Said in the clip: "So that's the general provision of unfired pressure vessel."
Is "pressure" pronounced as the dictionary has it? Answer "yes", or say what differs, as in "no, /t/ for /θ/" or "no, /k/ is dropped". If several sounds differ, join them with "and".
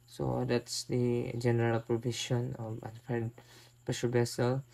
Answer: no, /ɹ/ is dropped